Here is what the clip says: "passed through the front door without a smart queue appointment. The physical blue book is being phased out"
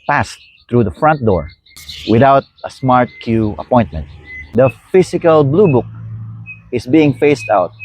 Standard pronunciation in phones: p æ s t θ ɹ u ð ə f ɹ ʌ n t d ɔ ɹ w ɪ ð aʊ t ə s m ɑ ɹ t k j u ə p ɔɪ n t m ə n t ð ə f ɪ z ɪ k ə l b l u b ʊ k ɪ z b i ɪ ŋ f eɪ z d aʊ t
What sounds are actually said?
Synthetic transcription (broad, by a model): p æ s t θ ɹ u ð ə f ɹ ʌ n t d ɔ ɹ w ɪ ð aʊ t ə s m ɑ ɹ t k j u ə p ɔɪ n t m ə n t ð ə f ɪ s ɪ k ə l b l u b ʊ k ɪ s b i ɪ ŋ f eɪ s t aʊ t